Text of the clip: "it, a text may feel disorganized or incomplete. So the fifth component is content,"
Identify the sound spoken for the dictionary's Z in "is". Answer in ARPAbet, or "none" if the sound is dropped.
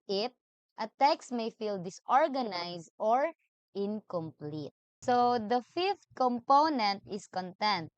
S